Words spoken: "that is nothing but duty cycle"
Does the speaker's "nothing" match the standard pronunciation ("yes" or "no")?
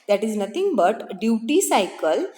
no